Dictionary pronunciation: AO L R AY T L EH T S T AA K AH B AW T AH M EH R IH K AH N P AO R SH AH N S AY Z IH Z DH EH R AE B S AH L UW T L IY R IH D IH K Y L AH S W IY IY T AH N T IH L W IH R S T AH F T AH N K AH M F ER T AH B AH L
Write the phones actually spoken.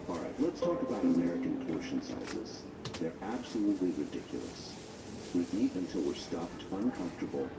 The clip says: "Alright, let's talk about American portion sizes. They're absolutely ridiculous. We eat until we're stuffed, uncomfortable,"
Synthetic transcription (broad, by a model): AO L R AY T L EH T S T AA K AH B AW T AH M EH R IH K AH N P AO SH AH N S AY Z IH Z DH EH R AE B S AH L UW T L IY R IH D IH K Y L AH S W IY IY T AH N T IH L W IH R S T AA P T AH N K AH M F T AH B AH L